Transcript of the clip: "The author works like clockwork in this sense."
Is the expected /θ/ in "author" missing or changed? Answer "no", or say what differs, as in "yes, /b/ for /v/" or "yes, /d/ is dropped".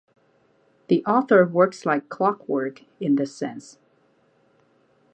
no